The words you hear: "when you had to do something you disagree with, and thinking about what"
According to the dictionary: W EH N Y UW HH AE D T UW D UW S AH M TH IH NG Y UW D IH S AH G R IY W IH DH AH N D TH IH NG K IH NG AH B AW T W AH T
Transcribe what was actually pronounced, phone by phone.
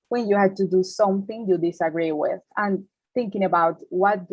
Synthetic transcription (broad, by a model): W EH N Y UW HH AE D T UW D UW S AH M TH IH NG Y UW D IH S AH G R IY W IH DH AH N TH IH NG K IH NG AH B AW T W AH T